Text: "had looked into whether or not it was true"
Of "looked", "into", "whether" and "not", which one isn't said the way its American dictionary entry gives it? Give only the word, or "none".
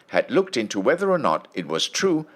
none